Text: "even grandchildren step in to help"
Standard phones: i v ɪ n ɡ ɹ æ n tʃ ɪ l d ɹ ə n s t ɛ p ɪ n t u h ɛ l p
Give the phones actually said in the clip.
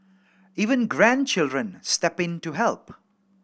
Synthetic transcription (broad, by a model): i v ɪ n ɡ ɹ æ n tʃ ɪ l d ɹ ə n s t ɛ p ɪ n t u h ɛ l p